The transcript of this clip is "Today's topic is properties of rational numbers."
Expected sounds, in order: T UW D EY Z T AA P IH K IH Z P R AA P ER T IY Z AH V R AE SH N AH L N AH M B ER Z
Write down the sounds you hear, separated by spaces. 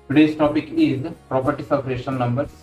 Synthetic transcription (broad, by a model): T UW D EY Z T AA P IH K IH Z P R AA P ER T IY S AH P R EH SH AH N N AH M B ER